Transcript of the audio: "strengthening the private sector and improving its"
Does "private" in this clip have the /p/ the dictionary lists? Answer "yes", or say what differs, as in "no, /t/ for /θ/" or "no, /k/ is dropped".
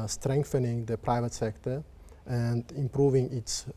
yes